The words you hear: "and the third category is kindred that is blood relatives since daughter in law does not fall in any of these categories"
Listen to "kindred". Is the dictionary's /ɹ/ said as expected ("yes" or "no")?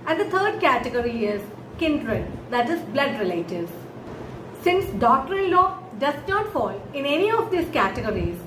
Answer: yes